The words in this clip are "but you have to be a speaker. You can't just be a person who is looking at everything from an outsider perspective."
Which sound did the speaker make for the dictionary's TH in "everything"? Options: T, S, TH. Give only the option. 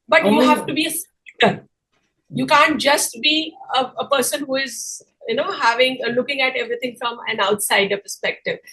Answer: T